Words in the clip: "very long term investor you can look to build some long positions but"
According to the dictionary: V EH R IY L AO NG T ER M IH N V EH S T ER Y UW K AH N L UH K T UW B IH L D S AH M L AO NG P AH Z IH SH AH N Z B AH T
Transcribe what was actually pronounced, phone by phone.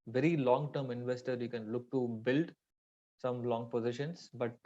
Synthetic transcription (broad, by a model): V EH R IY L AO NG T ER M IH N V EH S T ER Y UW K AH N L UH K T UW B IH L D S AH M L AO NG P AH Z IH SH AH N S B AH T